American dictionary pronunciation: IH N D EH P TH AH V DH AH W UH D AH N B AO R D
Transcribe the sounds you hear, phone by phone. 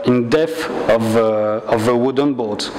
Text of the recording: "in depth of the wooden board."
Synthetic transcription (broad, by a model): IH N D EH TH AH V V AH W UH D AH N B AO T